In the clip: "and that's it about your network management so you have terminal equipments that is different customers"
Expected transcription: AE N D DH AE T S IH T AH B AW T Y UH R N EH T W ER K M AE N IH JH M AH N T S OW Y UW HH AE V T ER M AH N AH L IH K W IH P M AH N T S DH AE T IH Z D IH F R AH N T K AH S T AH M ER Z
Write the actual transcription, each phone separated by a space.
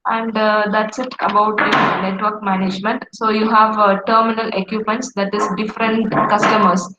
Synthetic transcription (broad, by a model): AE N D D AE T S IH T AH B AW T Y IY N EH T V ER K M AE N IH JH M AH N T S OW Y UW HH AE V T ER M AH N AH L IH K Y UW P M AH N T S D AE T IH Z D IH F R AH N T K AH S T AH M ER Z